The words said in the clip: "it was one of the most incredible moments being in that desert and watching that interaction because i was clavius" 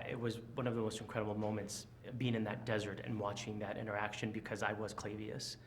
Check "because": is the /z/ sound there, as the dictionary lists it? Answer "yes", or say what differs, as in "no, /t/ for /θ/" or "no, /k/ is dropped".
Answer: yes